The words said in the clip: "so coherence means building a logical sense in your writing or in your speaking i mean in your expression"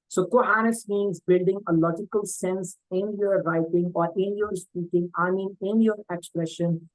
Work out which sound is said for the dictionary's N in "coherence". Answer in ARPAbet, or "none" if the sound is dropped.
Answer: none